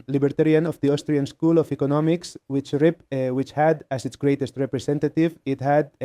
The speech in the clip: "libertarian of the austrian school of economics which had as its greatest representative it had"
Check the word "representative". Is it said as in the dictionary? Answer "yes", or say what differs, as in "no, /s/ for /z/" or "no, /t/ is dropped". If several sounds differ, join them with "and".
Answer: no, /s/ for /z/